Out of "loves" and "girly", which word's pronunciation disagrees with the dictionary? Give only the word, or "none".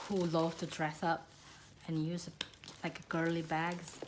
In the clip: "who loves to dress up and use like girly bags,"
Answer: loves